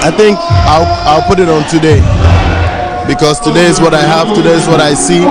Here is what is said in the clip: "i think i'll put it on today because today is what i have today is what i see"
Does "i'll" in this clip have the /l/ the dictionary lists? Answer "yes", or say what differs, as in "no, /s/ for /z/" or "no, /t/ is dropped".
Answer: yes